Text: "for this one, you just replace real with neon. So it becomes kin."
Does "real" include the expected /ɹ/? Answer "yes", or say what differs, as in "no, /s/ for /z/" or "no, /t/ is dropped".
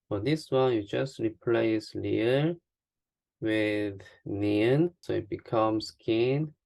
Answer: no, /l/ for /ɹ/